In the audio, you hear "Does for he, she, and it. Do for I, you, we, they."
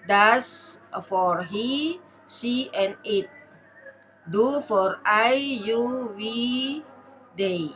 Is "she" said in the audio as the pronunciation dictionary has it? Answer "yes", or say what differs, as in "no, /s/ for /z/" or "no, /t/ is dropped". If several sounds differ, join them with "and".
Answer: no, /s/ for /ʃ/